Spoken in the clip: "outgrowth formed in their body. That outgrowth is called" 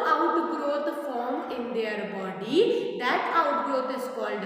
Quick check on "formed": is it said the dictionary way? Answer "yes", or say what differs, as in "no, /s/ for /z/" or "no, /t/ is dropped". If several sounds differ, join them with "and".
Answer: no, /d/ is dropped